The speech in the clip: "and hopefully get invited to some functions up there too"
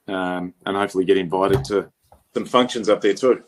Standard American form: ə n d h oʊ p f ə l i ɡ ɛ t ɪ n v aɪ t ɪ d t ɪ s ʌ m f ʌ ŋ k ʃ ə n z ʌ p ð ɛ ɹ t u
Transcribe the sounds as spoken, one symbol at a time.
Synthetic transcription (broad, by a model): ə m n h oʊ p f l i ɡ ɛ t ɪ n v aɪ t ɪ d t ɪ s ʌ m f ʌ ŋ k ʃ ə n z ʌ p ð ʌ ɹ t u